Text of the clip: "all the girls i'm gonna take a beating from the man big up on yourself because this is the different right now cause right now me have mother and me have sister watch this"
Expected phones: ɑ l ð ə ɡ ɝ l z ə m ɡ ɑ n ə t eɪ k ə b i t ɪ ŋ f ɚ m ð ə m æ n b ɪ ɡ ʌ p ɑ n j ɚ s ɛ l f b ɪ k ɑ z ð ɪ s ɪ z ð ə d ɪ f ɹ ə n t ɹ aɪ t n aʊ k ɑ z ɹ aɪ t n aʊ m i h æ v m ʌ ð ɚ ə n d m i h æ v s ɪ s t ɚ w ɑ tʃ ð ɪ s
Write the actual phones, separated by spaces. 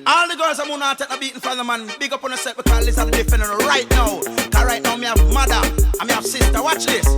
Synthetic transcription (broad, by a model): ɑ l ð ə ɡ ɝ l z ə m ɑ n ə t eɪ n ə b i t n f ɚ ð ə m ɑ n b ɪ ɡ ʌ p ɑ n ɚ s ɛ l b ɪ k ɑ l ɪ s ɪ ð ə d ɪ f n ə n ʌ ɹ aɪ t n aʊ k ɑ ɹ aɪ t n aʊ m i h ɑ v m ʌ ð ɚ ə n m i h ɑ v s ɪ s t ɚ w ɑ tʃ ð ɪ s